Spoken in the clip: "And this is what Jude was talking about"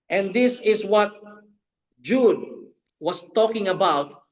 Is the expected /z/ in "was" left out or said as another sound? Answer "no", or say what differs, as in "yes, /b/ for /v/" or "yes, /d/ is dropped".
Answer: yes, /s/ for /z/